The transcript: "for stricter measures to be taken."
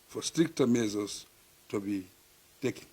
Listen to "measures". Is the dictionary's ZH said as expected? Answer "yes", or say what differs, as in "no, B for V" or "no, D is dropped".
no, Z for ZH